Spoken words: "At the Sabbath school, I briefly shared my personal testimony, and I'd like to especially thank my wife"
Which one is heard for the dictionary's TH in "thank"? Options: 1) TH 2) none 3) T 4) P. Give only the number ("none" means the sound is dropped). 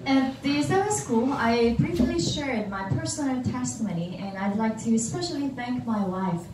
1